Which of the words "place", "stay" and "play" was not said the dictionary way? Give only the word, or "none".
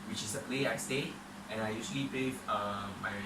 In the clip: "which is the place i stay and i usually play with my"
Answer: place